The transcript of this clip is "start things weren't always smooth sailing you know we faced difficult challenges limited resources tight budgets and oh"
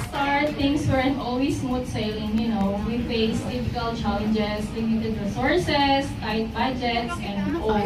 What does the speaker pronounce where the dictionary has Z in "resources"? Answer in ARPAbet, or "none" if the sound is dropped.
S